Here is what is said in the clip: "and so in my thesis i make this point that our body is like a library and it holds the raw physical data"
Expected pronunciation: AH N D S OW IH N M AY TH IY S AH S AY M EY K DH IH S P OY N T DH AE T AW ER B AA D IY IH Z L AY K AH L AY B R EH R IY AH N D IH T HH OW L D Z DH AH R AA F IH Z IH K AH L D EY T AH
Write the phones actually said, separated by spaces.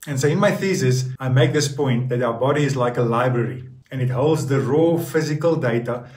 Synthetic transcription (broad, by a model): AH N S OW IH N M AY TH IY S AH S AY M EY K DH IH S P OY N T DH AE T AW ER B AA D IY IH Z L AY K AH L AY B R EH R IY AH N IH T HH OW L D Z DH AH R AA F IH Z IH K AH L D EY T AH